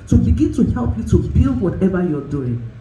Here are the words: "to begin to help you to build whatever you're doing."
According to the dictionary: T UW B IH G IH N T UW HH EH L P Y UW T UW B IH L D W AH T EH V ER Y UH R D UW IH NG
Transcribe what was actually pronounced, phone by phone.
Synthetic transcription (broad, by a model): T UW B IH G IH N T UW HH EH L P Y UW T UW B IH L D W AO T EH V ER Y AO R D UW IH NG